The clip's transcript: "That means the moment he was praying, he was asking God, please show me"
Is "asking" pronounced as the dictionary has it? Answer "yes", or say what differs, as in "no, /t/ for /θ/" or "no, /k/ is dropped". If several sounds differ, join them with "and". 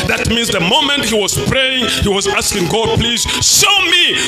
yes